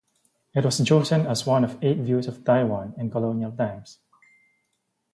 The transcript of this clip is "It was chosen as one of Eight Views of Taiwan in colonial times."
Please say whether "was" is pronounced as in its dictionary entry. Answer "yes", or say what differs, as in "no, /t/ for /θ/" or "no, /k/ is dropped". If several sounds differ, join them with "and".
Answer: no, /s/ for /z/